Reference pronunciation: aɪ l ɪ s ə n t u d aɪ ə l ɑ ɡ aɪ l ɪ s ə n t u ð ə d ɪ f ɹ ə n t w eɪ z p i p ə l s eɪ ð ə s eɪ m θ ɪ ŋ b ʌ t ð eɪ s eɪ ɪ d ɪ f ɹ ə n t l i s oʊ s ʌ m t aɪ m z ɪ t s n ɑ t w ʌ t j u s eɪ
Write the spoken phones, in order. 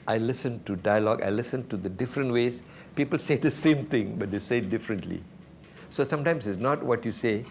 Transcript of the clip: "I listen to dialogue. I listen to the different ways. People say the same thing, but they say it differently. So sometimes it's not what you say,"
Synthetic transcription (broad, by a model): aɪ l ɪ s ə n t u d aɪ ə l ɑ ɡ aɪ l ɪ s ə n t u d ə d ɪ f ɹ ə n t w eɪ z p i p ə l s eɪ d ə s eɪ m t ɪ ŋ b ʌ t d eɪ s eɪ d ɪ f ɹ ə n t l i s oʊ s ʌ m t aɪ m s ɪ t s n ɑ t w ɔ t j u s eɪ